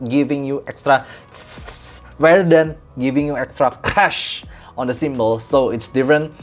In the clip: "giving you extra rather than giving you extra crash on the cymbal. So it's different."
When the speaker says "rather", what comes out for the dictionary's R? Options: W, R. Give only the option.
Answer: W